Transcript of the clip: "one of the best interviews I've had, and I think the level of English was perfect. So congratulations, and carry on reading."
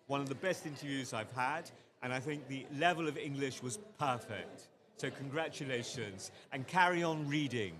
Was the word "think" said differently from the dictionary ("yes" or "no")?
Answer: no